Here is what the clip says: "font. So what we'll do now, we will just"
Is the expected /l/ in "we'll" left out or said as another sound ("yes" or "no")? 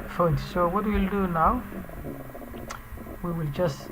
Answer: no